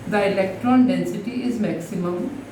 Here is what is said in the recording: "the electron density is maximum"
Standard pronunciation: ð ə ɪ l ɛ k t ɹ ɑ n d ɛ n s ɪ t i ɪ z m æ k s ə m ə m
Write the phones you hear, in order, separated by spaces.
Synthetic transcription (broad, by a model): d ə ɪ l ɛ k t ɹ ɑ n d ɛ n s ɪ t i ɪ z m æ k s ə m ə m